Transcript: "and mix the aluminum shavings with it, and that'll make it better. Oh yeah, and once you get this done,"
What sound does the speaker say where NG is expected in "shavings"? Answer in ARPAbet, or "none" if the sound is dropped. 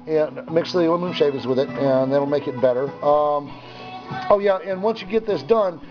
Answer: none